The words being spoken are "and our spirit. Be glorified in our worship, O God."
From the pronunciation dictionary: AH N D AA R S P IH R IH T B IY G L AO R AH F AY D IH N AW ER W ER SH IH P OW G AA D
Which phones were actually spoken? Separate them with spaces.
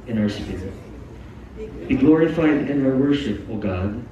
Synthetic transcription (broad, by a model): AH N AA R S IH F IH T B IY G L AO R AH F AY D IH N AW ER W ER SH IH P OW G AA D